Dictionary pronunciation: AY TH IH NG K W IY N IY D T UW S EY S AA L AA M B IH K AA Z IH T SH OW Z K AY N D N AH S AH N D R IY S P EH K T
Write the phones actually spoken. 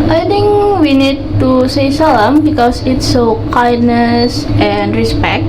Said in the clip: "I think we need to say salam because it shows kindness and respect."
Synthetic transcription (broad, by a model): AY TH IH NG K W IY N IY D T UW S EY S AA L AA M B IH K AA S IH T S OW K AY D N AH S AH N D R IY S P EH K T